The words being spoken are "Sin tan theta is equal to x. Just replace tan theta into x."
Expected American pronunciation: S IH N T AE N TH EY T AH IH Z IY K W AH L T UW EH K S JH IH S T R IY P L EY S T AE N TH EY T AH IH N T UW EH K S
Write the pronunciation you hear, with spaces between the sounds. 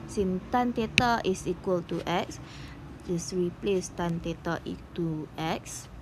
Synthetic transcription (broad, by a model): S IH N T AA N T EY T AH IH S IY K W AH L T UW EH K S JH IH S R IY P L EY S T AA N T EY T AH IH T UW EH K S